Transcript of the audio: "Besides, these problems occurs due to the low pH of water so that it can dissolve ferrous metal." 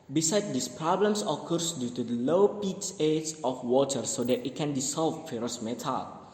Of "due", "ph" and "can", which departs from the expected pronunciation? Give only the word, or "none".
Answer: ph